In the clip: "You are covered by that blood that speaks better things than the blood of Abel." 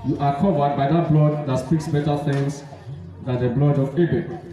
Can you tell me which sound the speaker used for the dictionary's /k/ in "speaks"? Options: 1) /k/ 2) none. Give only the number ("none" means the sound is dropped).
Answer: 1